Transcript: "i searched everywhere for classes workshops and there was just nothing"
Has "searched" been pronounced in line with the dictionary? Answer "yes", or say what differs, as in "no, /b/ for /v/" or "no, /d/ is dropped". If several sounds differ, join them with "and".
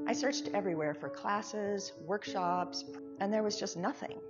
yes